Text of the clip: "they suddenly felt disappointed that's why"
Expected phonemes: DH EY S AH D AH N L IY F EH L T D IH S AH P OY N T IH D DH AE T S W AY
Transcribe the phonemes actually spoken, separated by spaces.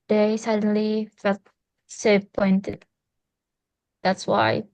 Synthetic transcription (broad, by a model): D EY S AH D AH N L IY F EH T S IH AH P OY N T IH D DH AE T S W AY